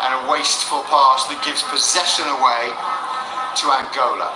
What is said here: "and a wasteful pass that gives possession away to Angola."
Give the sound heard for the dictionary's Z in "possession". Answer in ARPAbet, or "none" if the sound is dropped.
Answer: Z